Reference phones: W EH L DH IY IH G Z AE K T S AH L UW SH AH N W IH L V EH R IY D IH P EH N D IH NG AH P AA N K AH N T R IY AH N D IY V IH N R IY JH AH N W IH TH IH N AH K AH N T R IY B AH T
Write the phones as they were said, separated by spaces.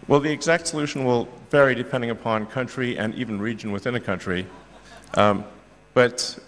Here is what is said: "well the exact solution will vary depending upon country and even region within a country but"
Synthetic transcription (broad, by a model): W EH L DH IY IH G Z AE K T S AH L UW SH N W IH L V EH R IY D IH P EH N D IH NG AH P AA N K AH N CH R IY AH N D IY V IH N R IY JH AH N W IH TH IH N AH K AH N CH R IY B AH T